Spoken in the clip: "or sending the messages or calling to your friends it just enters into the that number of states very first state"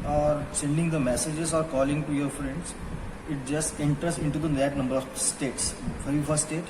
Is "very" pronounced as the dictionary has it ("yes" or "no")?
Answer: no